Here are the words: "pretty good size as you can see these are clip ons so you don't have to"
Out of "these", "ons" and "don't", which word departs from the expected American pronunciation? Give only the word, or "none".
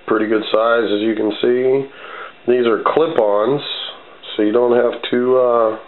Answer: none